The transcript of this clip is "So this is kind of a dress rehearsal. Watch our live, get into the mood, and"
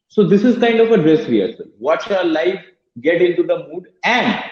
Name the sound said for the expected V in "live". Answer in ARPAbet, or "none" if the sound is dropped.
F